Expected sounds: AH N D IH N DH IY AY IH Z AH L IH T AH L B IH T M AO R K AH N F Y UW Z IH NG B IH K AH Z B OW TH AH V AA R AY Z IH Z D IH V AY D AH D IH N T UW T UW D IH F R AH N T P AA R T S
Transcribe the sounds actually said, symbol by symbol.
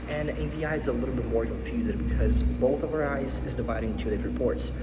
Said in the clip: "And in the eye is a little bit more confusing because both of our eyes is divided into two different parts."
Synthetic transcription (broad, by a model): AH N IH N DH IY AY IH Z AH L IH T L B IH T M AO R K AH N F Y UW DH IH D B IH K AH Z B OW TH AH V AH R AY Z IH Z D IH V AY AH D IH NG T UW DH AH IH R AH P AA R T S